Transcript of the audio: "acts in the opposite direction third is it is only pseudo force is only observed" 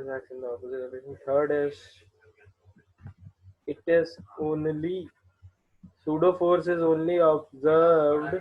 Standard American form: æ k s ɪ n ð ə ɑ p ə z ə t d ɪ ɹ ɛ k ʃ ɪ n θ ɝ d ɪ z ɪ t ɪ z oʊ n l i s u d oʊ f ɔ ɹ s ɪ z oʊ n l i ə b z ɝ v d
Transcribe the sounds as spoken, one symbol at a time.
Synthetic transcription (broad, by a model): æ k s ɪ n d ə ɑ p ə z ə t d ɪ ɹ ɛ ʃ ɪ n t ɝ d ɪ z ɪ t ɪ z oʊ n l i s u d oʊ f ɔ ɹ s ɪ z oʊ n l i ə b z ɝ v d